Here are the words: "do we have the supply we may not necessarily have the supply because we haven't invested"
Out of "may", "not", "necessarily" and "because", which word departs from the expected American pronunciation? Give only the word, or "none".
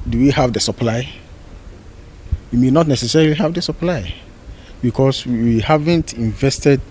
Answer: because